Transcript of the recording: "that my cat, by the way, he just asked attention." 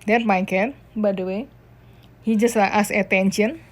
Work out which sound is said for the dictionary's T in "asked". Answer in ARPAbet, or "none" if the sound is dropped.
none